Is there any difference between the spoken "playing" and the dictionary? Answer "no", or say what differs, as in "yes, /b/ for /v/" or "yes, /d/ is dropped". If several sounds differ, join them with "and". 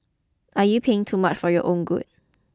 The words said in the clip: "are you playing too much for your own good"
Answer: yes, /l/ is dropped